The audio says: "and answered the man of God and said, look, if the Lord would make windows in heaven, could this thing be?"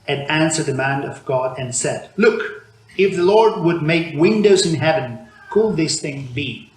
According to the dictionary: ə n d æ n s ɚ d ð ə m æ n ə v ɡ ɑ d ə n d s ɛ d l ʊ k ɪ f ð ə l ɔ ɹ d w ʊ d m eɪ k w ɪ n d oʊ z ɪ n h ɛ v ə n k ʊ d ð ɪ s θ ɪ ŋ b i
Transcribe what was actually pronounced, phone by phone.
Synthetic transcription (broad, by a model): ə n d æ n s ɚ d ð ə m æ n ə v ɡ ɑ d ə n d s ɛ d l ʊ k ɪ f ð ə l ɔ ɹ d w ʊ d m eɪ k w ɪ n d oʊ z ɪ n h ɛ v ə n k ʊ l ð ɪ s θ ɪ ŋ b i